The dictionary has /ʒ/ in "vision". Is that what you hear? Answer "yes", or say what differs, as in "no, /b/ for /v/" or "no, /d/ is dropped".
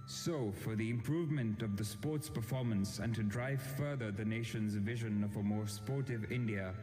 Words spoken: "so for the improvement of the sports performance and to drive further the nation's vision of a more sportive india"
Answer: yes